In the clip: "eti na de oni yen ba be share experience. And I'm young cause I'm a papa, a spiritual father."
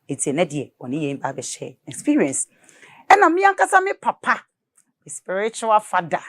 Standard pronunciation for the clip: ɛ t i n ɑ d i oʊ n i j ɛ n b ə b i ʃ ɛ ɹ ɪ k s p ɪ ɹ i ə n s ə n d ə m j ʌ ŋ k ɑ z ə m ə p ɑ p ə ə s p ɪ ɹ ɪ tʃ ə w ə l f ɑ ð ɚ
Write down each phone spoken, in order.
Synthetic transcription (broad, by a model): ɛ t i n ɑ d i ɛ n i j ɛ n b ə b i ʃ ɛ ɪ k s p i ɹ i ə n s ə n ə m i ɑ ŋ k ɑ s ə m ə p ɑ p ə ə s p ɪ ɹ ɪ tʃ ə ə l f ɑ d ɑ